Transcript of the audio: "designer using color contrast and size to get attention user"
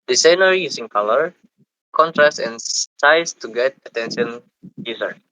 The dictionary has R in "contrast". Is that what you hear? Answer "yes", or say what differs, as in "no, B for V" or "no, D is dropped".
yes